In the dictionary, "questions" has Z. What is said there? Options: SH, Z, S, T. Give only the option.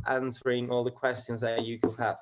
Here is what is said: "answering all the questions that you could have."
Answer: Z